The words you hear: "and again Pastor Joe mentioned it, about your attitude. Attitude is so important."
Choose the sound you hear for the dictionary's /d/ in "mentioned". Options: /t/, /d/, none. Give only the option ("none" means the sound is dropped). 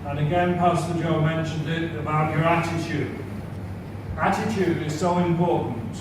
/d/